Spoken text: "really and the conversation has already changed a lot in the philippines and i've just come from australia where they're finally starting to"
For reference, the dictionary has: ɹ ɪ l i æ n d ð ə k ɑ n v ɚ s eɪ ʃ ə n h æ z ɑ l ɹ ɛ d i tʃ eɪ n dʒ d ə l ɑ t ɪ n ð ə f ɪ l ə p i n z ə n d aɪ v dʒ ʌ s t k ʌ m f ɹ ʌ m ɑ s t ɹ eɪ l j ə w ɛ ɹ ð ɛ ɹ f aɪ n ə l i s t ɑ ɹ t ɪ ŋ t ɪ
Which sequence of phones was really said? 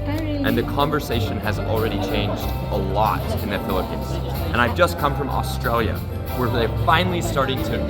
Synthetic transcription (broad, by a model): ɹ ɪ n ð ə k ɑ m v ɚ s eɪ ʃ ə n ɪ z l ɹ ɛ d i tʃ eɪ n dʒ d ə l ɑ t ɪ n ð ə f ɪ l ə p i n z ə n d aɪ v dʒ ʌ s k ʌ m f ɹ ʌ m ɑ s t ɹ eɪ l j ə w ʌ ɹ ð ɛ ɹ f aɪ n l i s t ɑ ɹ t ɪ ŋ t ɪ